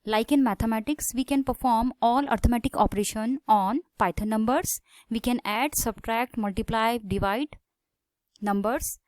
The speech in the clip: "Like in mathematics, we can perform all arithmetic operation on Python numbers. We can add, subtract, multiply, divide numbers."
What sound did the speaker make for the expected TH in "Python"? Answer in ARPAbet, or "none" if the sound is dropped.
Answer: T